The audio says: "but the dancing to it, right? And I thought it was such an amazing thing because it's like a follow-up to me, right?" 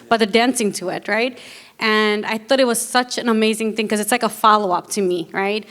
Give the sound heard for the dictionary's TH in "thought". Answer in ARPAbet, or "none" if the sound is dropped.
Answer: TH